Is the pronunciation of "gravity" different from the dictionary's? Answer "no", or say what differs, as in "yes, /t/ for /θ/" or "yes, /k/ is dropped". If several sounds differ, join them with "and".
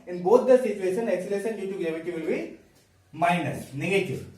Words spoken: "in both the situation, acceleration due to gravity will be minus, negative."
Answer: yes, /ɹ/ is dropped